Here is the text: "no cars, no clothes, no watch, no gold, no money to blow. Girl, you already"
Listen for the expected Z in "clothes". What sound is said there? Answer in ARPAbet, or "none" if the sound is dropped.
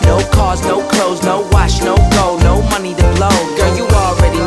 Z